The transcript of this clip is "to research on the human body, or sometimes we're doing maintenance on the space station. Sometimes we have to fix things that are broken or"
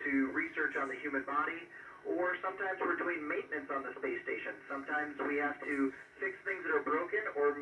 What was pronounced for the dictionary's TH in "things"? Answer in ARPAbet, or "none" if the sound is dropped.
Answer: TH